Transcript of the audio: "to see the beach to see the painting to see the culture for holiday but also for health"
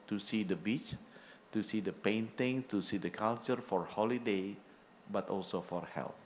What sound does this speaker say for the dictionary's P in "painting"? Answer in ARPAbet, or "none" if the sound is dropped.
P